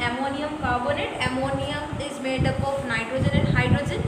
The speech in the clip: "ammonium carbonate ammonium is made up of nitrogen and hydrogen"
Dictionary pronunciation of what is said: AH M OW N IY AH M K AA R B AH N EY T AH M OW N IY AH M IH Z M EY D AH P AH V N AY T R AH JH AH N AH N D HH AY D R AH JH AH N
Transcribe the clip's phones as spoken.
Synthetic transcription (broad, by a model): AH M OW N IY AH M K AA R B AH N EY T AH M OW N IY AH M IH Z M EY D AH P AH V N AY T R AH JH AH N AH N D HH AY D R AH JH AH N